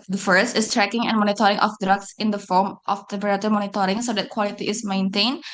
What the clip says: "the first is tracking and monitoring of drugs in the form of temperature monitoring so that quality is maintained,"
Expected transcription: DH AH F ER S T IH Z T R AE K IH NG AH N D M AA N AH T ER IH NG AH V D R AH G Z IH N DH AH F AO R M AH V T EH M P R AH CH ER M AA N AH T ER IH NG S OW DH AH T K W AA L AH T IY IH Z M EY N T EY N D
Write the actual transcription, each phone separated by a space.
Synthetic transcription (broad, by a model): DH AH F ER S T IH S T R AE K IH NG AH N M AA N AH T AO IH NG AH F D R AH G S IH N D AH F AO R M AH F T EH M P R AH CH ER M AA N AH T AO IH NG S OW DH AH T K W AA L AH T IY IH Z M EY N T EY N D